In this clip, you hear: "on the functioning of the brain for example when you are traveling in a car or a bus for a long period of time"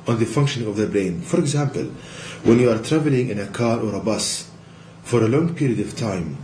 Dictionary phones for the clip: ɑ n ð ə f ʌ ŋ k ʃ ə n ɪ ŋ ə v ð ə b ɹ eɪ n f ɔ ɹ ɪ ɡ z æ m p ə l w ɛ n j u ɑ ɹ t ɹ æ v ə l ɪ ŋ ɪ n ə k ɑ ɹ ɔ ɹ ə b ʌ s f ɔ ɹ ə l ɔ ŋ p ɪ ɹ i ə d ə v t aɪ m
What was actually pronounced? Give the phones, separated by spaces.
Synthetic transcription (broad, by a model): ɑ n ð ə f ʌ ŋ k ʃ ə n ɪ ŋ ə v ð ə b ɹ eɪ n f ɔ ɹ ɪ ɡ z æ m p ə l w ɛ n j u ɑ ɹ t ɹ æ v ə l ɪ ŋ ɪ n ə k ɑ ɹ ɔ ɹ ə b ʌ s f ɔ ɹ ə l ɔ ŋ p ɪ ɹ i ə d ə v t aɪ m